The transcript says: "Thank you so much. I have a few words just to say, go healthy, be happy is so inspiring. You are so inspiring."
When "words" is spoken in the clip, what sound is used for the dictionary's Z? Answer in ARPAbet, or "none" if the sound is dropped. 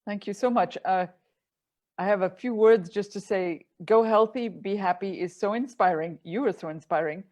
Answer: Z